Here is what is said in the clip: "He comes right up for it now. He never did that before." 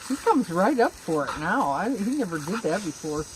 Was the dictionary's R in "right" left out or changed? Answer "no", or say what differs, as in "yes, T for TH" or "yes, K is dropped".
no